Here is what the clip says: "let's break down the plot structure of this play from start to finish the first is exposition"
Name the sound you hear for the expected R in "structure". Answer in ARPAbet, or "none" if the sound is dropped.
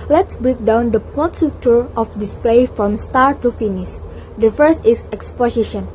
none